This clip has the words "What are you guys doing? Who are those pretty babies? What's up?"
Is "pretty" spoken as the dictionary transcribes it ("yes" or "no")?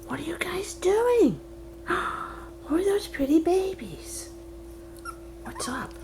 yes